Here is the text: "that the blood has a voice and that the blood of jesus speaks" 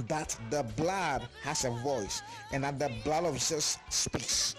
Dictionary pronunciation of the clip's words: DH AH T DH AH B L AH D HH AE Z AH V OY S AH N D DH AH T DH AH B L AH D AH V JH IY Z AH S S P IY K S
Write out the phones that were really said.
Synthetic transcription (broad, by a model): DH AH T DH AH B L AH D HH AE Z AH V OY S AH N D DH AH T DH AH B L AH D AH V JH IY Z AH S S P IY K S